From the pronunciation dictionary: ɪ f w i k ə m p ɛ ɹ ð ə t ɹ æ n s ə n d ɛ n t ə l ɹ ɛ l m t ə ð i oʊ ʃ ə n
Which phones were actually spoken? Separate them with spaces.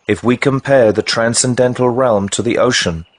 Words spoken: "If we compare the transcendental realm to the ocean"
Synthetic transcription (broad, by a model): ɪ f w i k ə m p ɛ ɹ ð ə t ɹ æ n s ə n d ɛ n t l ɹ ɛ l m t ə ð i oʊ ʃ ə n